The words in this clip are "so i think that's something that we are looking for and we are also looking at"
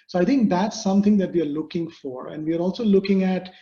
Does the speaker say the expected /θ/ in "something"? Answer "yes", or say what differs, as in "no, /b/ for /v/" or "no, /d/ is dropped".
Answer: no, /t/ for /θ/